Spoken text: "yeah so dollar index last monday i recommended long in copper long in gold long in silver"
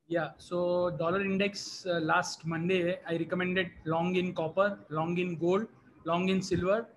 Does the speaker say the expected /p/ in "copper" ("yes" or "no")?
yes